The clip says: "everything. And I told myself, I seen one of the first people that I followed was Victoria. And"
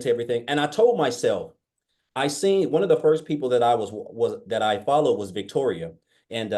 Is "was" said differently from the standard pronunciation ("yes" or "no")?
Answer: no